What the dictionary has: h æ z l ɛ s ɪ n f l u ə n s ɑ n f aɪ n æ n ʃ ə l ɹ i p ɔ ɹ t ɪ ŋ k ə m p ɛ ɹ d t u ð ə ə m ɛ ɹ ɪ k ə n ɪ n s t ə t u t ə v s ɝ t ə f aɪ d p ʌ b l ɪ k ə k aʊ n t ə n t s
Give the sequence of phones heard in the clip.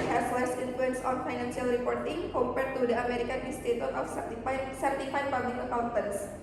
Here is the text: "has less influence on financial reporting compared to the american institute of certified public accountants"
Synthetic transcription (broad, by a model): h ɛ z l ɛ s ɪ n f l u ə n s ɑ n f aɪ n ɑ n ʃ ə l ɹ i p ɔ ɹ t ɪ ŋ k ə m p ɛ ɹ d t u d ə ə m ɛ ɹ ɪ k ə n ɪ s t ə t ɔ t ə f s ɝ t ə f aɪ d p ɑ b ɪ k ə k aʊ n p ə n s